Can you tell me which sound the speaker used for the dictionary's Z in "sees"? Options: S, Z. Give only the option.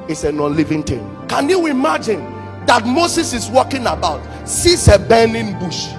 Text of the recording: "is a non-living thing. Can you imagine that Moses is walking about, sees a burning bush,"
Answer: S